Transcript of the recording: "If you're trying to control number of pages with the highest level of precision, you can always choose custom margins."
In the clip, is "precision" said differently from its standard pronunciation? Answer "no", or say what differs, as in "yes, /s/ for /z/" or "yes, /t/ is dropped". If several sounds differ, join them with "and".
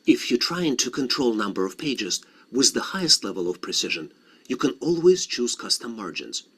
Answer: no